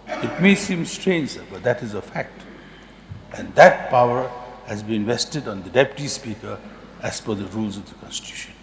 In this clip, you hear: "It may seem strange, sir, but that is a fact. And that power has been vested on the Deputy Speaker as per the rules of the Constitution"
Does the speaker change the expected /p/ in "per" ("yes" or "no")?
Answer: yes